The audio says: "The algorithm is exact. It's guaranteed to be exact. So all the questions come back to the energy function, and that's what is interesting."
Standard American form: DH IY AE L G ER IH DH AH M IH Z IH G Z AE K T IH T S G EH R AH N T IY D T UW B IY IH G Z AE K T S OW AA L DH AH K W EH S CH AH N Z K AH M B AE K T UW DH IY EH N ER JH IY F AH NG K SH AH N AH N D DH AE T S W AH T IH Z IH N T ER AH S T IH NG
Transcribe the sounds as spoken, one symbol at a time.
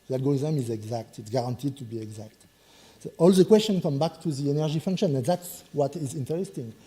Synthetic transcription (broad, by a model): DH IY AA L G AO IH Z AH M IH Z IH G Z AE K T IH T S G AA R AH N T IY D T UW B IY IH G Z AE K T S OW AA L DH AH K W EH S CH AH N K AH M B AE K T UW DH IY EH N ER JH IY F AH NG K SH AH N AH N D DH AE T S W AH T IH Z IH N T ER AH S T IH NG